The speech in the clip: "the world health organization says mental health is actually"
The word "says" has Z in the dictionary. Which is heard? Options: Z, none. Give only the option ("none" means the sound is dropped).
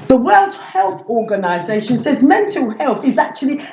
Z